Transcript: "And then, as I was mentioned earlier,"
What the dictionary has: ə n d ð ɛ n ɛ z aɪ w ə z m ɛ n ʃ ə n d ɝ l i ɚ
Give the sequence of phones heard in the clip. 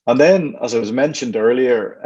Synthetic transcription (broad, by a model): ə n ð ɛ n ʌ z aɪ w ə z m ɛ n ʃ ə n d ɝ l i ɚ